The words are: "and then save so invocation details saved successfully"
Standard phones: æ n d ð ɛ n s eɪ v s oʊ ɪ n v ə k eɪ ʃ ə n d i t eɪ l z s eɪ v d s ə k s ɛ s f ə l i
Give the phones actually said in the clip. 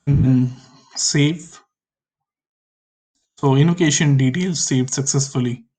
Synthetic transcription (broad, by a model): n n s eɪ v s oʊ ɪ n ə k eɪ ʃ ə n d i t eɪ l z s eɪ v s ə k s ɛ s f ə l i